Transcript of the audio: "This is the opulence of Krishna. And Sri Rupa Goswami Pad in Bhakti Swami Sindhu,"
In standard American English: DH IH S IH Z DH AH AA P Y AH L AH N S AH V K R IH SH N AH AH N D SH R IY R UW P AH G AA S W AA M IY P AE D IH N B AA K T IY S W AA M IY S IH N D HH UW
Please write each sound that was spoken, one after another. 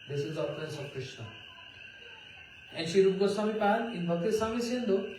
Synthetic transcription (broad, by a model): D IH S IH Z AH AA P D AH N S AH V K R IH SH N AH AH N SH IY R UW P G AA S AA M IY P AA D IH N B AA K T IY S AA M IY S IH N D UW